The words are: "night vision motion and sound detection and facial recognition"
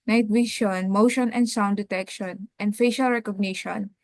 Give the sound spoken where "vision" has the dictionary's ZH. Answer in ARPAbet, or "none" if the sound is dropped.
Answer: SH